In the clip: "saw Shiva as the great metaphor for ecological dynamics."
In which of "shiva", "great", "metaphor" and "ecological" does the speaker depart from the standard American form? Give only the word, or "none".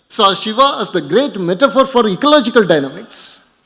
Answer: none